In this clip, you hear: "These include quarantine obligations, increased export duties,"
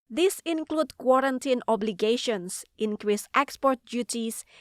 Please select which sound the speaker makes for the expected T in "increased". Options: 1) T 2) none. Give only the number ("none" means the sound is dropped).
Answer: 1